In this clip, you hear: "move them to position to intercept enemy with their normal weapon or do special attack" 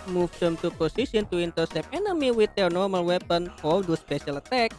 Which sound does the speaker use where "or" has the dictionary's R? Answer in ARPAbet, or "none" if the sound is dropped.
L